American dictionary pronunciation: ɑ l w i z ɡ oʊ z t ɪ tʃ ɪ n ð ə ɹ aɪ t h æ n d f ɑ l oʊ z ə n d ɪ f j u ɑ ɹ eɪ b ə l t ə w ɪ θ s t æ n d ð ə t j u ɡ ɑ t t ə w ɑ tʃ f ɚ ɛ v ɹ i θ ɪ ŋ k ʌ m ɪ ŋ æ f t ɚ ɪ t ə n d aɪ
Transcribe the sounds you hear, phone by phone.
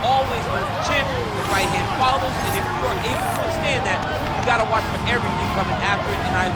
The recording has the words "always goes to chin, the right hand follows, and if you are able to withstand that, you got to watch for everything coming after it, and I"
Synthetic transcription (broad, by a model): ɑ l w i z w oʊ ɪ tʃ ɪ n ð ə ɹ aɪ t h æ n d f ɑ l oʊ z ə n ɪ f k ɑ ɹ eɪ ə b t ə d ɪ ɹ s t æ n ð ə t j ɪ ɡ ɑ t t ə w ɑ tʃ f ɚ ɛ v ɹ i θ ɪ ŋ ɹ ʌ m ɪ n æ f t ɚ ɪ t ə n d aɪ